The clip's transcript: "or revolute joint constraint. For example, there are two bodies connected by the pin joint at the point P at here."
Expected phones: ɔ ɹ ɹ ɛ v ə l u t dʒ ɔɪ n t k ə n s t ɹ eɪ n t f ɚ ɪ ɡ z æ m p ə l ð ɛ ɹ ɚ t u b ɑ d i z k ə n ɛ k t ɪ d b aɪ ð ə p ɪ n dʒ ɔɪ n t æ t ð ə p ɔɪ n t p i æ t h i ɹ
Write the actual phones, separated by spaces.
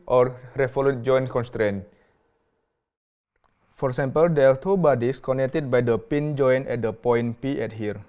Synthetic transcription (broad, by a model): ɔ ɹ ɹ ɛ f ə l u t dʒ ɔɪ n k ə n s t ɹ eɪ n f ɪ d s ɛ m p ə l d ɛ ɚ t u b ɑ d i s k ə n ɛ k t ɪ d b aɪ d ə p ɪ n dʒ ɔɪ n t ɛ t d ə p ɔɪ n p i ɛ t h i ɹ